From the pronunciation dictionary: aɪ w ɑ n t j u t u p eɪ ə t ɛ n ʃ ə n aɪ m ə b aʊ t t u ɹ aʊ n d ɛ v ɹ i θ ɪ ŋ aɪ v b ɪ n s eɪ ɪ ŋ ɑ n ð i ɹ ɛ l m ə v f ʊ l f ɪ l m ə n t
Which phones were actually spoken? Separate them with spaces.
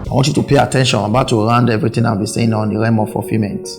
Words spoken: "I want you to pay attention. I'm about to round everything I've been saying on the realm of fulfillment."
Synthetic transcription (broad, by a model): aɪ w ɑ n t j u t u p eɪ ə t ɛ n ʃ ə n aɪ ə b aʊ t t u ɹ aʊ n d ɛ v ɹ i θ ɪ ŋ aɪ w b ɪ s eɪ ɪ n ɑ n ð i ɹ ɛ m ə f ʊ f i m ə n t